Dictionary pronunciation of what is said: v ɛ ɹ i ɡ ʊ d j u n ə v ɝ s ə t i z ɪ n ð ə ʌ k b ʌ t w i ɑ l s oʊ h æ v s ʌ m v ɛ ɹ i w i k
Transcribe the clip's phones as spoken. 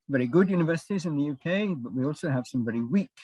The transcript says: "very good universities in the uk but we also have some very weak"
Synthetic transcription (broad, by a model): v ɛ ɹ i ɡ ʊ d j u n ə v ɝ s ə t i z ɪ n ð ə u k b ʌ t w i ɑ l s oʊ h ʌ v s ʌ m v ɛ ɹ i w i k